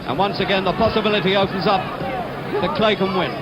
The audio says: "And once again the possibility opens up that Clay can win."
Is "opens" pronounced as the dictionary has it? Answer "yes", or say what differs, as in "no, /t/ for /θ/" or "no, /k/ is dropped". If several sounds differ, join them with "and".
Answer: yes